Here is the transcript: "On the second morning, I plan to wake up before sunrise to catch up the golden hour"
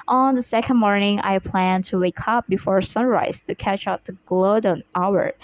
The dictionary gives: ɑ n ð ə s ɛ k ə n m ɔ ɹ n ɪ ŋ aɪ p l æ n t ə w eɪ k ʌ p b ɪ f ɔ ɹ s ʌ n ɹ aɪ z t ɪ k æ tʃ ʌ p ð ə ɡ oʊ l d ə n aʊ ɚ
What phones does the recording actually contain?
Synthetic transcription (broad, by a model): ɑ n ð ə s ɛ k ə n m ɔ ɹ n ɪ ŋ aɪ p l æ n t ə w eɪ k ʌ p b ɪ f ɔ ɹ s ʌ n ɹ aɪ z t ɪ k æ tʃ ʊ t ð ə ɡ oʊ d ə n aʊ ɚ